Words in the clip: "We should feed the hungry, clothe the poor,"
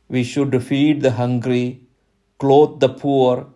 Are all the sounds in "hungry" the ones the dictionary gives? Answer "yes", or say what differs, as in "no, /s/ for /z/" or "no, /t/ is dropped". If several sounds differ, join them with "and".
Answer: yes